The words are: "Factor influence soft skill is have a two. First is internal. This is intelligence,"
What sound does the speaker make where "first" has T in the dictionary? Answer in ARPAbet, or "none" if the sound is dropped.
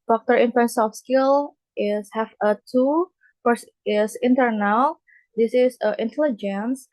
none